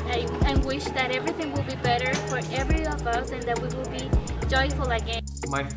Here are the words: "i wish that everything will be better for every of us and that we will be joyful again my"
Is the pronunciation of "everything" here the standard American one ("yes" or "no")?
yes